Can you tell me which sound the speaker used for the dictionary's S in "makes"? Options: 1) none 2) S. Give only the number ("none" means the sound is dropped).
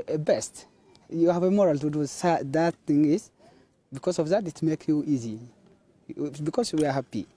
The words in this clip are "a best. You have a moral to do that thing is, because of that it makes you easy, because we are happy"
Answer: 1